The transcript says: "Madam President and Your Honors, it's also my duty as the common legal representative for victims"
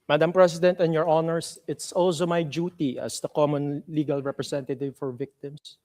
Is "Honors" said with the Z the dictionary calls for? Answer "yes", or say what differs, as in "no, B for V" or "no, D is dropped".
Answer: no, S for Z